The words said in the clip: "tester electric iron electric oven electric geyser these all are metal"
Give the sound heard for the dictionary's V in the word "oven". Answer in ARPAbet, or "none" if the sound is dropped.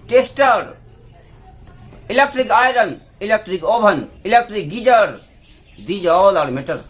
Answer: B